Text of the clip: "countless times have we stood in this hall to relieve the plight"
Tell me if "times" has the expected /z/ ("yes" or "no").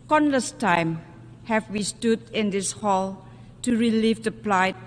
no